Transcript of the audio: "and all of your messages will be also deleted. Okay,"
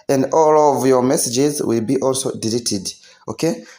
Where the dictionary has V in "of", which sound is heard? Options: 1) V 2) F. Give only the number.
1